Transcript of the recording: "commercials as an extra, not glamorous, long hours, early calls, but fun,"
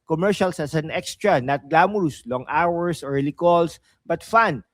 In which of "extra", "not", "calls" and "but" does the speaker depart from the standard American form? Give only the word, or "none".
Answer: calls